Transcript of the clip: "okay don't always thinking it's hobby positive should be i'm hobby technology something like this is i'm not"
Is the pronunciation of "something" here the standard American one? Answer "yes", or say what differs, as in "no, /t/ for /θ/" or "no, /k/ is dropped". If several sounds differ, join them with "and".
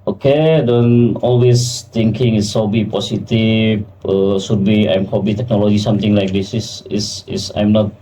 no, /t/ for /θ/